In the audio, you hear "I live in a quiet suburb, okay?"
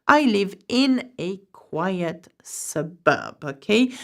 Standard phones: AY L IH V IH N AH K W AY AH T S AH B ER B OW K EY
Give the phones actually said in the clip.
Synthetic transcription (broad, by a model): AY L IH V IH N AH K W AY AH T S AH B ER B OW K EY